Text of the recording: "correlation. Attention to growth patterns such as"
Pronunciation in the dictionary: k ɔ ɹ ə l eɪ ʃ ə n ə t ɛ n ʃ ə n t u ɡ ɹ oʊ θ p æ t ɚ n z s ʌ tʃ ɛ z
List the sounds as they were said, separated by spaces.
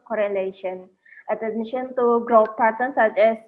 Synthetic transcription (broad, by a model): k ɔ ɹ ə l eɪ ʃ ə n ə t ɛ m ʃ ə n t u ɡ ɹ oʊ f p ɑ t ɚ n s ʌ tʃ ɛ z